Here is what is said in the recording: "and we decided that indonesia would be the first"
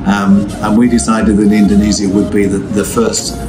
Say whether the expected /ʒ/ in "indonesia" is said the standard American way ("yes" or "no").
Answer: no